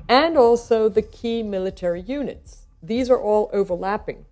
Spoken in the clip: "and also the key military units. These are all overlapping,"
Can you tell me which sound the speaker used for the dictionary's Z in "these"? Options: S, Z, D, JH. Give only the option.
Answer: Z